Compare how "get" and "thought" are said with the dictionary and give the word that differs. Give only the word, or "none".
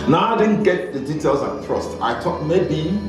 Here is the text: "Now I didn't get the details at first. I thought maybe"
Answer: thought